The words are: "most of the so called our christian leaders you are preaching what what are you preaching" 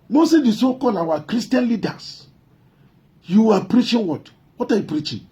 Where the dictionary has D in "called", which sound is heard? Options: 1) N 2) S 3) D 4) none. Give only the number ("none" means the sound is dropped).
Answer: 4